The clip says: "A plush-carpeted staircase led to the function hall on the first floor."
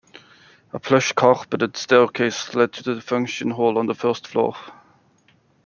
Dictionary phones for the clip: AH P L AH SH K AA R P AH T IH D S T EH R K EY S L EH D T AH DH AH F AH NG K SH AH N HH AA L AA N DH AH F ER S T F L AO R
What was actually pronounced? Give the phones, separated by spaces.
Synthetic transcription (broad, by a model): AH P L AH SH K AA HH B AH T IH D S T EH L K EY S L EH D T AH DH AH F AH NG K SH AH N HH AA L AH N DH AH F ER S T F L AO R